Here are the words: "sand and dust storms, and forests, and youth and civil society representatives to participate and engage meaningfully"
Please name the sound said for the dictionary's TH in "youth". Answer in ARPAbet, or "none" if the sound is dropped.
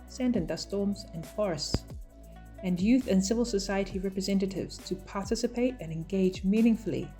TH